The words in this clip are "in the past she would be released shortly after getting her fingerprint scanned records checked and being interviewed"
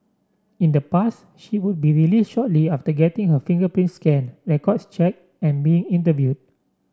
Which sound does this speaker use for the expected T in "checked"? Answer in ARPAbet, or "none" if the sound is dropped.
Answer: none